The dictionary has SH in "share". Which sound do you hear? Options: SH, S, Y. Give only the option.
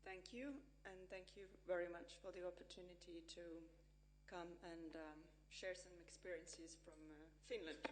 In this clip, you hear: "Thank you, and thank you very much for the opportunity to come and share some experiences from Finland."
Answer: SH